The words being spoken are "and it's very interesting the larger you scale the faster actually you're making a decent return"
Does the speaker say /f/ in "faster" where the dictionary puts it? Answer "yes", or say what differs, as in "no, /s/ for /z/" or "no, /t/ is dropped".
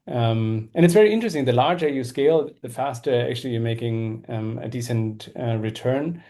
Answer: yes